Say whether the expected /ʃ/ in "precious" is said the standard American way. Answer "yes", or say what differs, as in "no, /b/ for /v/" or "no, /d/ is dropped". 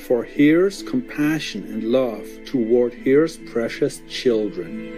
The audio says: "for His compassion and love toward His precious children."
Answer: yes